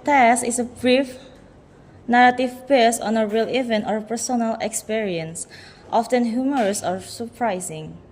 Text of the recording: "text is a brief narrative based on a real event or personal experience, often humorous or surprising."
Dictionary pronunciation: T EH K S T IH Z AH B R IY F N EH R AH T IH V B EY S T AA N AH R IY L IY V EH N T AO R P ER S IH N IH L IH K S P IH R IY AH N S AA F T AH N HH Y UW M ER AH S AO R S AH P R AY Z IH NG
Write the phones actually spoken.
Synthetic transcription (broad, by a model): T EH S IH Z AH B R IY F N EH R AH T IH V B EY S AA N AH R IY L IY V EH N T AO R P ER S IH N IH L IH K S P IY R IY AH N S AA F T AH N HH Y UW M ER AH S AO R S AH P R AY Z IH NG